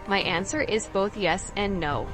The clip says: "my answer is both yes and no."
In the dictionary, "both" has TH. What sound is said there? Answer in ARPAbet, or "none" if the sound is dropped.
TH